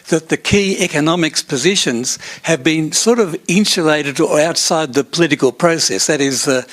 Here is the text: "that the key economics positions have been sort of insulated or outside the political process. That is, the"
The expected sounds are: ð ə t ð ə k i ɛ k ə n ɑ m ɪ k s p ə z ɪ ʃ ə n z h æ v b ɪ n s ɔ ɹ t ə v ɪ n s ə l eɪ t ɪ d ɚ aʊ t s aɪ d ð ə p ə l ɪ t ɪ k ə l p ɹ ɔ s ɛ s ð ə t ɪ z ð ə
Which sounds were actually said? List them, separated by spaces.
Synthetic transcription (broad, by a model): ð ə t ð ə k i ɛ k ə n ɑ m ɪ k s p ə z ɪ ʃ ə n z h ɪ v b ɪ n s ɔ ɹ t ə v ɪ n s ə l eɪ t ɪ d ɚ aʊ t s aɪ d ð ə p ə l ɪ t ɪ k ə l p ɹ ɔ s ɛ s ð ə t ɪ z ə